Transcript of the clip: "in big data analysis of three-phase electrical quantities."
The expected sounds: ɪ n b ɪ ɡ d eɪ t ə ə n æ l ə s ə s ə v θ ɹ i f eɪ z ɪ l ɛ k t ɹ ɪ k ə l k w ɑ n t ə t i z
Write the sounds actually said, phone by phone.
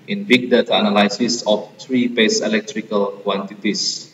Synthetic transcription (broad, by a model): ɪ n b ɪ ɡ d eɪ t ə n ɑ l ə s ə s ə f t ɹ i p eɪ s ɪ l ɛ k t ɹ ɪ k ə l k w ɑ n t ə t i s